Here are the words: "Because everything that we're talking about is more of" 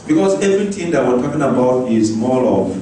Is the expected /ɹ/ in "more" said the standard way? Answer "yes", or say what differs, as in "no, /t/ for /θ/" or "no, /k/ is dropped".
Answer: no, /l/ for /ɹ/